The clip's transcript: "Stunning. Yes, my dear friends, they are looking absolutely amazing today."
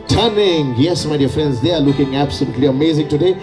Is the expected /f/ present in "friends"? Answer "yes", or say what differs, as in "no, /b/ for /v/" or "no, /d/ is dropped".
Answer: yes